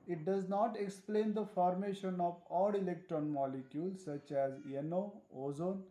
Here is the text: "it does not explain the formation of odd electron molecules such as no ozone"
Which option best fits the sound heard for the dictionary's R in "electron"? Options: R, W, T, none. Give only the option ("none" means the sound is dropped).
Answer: R